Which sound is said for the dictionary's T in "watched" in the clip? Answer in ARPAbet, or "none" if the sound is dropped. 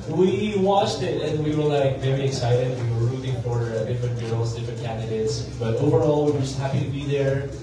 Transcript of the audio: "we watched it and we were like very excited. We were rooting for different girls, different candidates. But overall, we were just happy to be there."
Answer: T